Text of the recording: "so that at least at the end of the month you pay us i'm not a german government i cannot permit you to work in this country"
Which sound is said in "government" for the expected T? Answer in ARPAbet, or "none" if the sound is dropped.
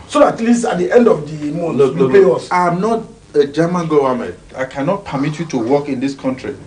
none